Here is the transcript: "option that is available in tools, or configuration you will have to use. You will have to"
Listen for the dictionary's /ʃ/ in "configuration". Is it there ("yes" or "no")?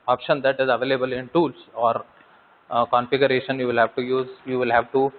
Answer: yes